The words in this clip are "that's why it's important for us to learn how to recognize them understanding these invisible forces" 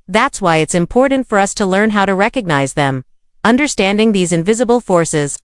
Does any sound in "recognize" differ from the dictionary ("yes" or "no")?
no